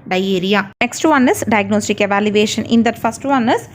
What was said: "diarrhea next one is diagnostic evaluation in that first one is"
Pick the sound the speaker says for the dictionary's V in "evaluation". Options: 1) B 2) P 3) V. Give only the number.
3